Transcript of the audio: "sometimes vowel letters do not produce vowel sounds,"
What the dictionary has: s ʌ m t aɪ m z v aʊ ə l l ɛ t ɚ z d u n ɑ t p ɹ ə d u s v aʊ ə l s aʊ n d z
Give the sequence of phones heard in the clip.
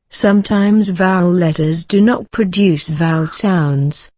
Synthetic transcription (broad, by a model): s ʌ m t aɪ m z v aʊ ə l l ɛ t ɚ z d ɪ n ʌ t p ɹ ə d u s v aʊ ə l s aʊ n d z